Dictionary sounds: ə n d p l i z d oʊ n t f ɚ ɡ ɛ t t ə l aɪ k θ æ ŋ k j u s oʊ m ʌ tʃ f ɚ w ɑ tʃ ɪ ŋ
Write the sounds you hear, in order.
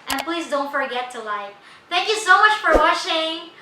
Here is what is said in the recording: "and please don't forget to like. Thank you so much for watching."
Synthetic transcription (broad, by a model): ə n p l i z d oʊ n t f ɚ ɡ ɛ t t ə l aɪ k θ æ ŋ k j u s oʊ m ʌ tʃ f ɚ w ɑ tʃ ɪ ŋ